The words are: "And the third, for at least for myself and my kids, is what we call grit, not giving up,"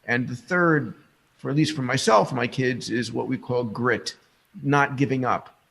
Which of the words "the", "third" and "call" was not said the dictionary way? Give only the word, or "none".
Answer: none